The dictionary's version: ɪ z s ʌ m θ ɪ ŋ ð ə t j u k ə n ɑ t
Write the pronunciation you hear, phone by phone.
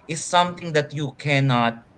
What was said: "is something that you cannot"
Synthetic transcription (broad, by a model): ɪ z s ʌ m t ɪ ŋ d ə t j u k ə n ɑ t